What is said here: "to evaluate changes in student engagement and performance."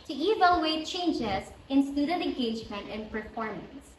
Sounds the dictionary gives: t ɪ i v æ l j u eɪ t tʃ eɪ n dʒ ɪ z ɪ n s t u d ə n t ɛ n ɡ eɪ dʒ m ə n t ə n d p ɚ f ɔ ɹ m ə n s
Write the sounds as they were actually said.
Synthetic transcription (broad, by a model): t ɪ i v æ l j u eɪ t tʃ eɪ n dʒ ɪ z ɪ n s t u d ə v ɛ n ɡ eɪ dʒ m ə n t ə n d p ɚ f ɔ ɹ m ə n s